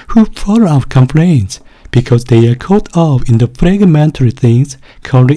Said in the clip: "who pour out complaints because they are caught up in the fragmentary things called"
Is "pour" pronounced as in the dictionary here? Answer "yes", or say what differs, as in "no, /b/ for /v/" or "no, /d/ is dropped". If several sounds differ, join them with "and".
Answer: no, /f/ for /p/